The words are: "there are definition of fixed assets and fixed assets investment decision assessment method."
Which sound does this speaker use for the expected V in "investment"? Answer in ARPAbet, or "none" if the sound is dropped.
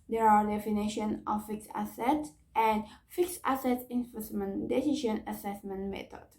F